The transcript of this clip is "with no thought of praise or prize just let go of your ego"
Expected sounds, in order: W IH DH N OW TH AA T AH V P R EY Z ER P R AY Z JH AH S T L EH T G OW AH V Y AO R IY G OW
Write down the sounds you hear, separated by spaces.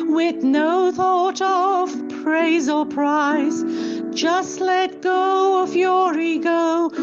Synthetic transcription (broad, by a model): W IH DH N OW TH AA T AH V P R EY Z ER P R AY Z JH AH S T L EH T G OW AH F Y AO R IY G OW